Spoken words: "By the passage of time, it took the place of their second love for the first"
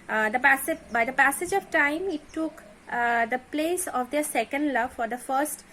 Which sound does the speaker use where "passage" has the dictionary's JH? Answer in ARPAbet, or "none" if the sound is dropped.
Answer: JH